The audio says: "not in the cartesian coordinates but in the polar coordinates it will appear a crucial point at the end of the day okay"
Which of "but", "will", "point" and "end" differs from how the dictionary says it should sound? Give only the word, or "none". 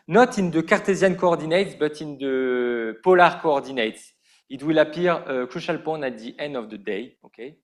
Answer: point